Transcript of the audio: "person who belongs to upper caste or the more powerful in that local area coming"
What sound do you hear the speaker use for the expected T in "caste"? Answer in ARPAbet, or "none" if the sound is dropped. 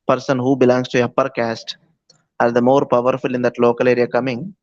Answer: T